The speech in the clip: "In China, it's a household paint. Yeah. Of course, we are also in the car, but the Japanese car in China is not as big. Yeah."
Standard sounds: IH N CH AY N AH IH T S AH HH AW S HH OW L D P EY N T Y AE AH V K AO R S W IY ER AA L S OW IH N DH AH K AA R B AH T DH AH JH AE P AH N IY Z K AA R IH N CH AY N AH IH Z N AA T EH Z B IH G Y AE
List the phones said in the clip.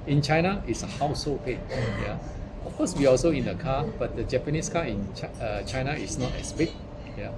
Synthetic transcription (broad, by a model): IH N CH AY N AH IH T S AH HH AW S HH OW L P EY T Y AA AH F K AO S W IY AA L S OW IH N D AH K AA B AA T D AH JH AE P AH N IY S K AA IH N CH AY N AH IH S N AA T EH S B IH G Y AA